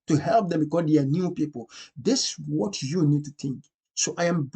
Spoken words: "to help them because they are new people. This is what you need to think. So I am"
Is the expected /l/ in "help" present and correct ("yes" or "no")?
yes